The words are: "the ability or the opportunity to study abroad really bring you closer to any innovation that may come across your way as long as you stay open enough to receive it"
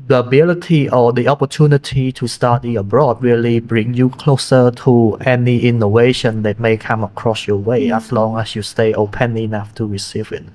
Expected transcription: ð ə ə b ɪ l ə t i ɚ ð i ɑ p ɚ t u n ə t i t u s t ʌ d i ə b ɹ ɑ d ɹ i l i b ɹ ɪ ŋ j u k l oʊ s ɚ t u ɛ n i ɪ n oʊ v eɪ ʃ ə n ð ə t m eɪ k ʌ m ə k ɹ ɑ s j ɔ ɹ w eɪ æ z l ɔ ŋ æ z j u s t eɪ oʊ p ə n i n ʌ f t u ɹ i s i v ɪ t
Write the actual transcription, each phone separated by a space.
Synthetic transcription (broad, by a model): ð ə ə b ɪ l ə t i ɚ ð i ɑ p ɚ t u n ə t i t u s t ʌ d i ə b ɹ ɑ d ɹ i l i b ɹ ɪ ŋ j u k l oʊ s ɚ t u ɛ n i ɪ n oʊ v eɪ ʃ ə n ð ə t m eɪ k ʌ m ə k ɹ ɑ s j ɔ w eɪ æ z l ɔ ŋ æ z j u s t eɪ oʊ p ə n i n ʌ f t u ɹ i s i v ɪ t